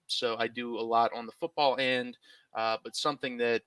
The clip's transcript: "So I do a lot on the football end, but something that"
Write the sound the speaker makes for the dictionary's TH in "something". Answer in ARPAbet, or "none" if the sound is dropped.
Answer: TH